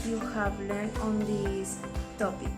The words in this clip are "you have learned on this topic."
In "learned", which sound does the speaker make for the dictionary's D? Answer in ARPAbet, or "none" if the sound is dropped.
none